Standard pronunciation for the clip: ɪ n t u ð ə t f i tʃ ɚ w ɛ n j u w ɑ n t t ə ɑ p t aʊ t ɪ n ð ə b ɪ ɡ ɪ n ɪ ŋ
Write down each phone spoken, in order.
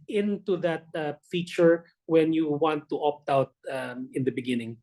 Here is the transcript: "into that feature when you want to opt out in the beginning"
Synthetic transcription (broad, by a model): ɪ n t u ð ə t f i tʃ ɚ w ɛ n j u w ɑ n t t ɑ p t aʊ t ɪ n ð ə b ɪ ɡ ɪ n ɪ ŋ